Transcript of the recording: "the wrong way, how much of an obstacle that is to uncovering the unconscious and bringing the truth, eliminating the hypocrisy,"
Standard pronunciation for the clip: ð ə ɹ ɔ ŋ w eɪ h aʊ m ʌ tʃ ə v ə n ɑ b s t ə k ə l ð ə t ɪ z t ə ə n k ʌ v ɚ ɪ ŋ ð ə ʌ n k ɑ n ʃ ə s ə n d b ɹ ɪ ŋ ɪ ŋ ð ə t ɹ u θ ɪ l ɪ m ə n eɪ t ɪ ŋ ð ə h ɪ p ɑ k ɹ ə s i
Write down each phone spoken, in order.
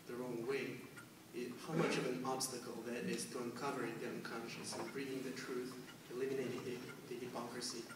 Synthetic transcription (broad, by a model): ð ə ɹ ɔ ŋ w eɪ h aʊ m ʌ tʃ ə v ə n ɑ b s t ə k ə l ð ə t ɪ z t ə ə n k ʌ v ɚ ɪ ŋ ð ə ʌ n k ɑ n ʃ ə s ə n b ɹ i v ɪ ŋ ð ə t ɹ u θ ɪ l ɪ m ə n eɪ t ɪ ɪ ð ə h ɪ p ɑ k ɹ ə s i